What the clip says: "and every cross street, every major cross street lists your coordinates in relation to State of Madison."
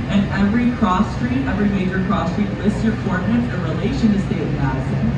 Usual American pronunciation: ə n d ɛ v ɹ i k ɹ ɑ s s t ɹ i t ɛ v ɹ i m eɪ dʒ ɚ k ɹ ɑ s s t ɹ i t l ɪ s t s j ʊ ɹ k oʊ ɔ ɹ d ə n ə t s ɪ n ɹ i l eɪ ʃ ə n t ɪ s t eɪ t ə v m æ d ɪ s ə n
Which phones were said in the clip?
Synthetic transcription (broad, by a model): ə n ɛ v ɹ i k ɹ ɑ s s t ɹ i t ɛ v ɹ i m eɪ dʒ ɚ k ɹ ɑ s s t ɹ i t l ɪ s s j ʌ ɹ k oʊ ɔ ɹ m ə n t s ɪ n ɹ i l eɪ ʃ ə n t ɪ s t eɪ ə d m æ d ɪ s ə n